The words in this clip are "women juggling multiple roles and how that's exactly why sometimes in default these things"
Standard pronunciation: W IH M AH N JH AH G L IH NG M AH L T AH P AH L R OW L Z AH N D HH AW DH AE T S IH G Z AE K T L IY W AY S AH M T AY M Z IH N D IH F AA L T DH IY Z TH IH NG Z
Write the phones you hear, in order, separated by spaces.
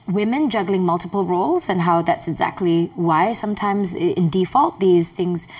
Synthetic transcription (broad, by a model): W IH M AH N JH AH G L IH NG M AH L T AH P AH L R OW L Z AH N HH AW DH AE T S IH G Z AE K T L IY W AY S AH M T AY M Z IH N D IH F AA L T DH IY Z TH IH NG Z